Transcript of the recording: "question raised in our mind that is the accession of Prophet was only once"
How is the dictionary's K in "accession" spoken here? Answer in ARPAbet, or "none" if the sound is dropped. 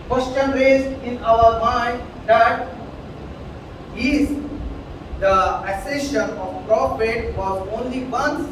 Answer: none